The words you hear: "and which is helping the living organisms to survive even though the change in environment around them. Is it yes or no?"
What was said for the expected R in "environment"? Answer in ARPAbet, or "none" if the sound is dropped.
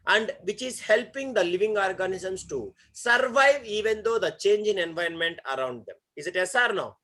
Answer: none